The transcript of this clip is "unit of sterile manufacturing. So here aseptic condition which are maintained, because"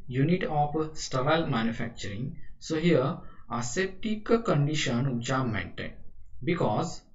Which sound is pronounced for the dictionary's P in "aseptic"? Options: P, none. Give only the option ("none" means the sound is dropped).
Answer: none